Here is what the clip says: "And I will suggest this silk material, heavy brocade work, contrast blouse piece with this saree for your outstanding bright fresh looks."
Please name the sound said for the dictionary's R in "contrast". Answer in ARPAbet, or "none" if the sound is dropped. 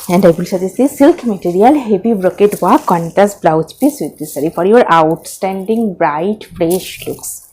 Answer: none